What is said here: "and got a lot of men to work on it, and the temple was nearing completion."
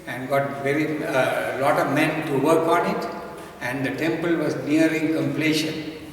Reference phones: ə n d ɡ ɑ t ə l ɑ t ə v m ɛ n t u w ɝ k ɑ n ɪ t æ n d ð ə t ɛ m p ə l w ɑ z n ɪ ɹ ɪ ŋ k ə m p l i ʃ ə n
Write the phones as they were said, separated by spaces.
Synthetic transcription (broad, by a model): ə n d ɡ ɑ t ə l ɑ t ə v m ɛ n t u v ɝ k ɑ n ɪ t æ n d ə t ɛ m p ə l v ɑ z n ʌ ɹ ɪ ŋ k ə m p l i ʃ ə n